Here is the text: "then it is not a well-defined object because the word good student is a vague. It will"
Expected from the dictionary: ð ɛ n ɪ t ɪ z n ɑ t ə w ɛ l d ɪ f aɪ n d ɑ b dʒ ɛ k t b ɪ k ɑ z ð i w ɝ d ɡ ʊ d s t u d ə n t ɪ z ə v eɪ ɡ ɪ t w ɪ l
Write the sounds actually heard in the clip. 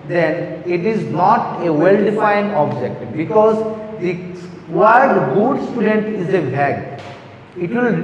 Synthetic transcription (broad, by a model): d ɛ n ɪ t ɪ z n ɑ t ə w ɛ l d ɪ f aɪ n d ɑ b dʒ ɛ k t b ɪ k ɑ z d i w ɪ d ɡ ʊ d s t u d ə n t ɪ z ə b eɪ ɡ ɪ t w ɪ l